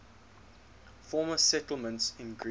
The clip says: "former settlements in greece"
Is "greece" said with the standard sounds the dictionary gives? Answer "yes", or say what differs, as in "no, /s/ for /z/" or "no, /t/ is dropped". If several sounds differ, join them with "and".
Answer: no, /s/ is dropped